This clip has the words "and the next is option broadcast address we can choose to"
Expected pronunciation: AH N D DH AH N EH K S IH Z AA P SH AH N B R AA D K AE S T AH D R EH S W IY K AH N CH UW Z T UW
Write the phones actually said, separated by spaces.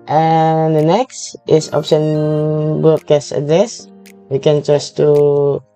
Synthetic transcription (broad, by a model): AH N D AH N EH K S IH S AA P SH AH N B AA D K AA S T AH D R EH S W IY K AH N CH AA S T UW